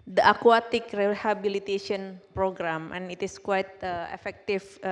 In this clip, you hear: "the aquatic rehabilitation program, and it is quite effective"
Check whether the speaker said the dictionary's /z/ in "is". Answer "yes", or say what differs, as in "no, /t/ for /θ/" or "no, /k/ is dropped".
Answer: no, /s/ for /z/